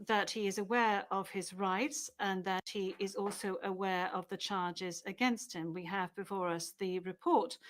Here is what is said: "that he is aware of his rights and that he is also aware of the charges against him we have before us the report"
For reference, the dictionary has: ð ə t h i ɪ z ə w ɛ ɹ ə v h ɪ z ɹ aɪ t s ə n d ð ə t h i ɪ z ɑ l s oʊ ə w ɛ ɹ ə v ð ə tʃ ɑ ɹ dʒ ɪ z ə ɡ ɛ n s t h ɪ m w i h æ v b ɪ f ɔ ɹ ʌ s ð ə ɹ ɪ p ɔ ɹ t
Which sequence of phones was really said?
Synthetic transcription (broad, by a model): ð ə t h i ɪ z ə w ɛ ɹ ə v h ɪ z ɹ aɪ t s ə n ð ə t h i ɪ z ɑ l s oʊ ə w ɛ ɹ ə v ð ə tʃ ɑ ɹ dʒ ɪ z ə ɡ ɛ n s t h ɪ m w i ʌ v b ɪ f ɔ ɹ ʌ s ð ə ɹ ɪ p ɔ ɹ t